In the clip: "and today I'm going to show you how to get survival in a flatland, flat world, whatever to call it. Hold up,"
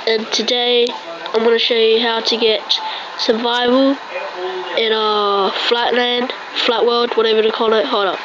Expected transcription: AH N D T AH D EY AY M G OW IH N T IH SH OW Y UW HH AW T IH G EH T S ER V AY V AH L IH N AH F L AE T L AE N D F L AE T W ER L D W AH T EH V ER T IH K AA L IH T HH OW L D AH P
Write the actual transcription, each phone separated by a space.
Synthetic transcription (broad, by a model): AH N T AH D EY AY M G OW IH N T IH SH OW Y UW HH AW T IH G EH T S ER V AY V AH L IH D AH F L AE T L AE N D F L AE T W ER L D W AH T EH V ER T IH K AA L IH T HH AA D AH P